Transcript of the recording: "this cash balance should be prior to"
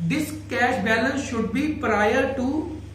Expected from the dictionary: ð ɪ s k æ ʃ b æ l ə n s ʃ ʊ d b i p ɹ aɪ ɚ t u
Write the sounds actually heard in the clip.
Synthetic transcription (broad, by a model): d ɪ s k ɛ ʃ b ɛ l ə n s ʃ ʊ d b i p ɹ aɪ ɚ t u